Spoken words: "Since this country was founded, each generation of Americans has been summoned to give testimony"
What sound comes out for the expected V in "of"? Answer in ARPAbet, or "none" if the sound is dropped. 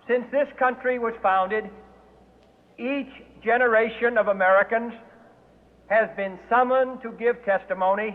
V